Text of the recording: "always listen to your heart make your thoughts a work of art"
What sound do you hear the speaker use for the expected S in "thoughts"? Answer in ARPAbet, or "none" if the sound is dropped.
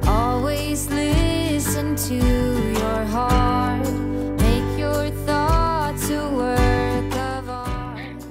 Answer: none